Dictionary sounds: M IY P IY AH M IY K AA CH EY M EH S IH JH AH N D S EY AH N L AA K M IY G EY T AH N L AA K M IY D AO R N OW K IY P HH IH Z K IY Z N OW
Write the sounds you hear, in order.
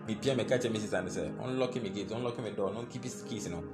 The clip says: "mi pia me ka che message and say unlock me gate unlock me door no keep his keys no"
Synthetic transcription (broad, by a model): M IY P IY AH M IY K AA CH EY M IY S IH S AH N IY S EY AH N L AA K M IY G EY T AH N L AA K M IY D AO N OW K IY P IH S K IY S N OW